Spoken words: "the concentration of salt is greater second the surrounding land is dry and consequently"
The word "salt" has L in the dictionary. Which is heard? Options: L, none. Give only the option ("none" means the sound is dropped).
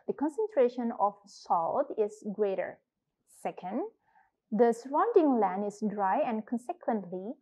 L